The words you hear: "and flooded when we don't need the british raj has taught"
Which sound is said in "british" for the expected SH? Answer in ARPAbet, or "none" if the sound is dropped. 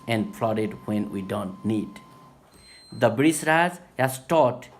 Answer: S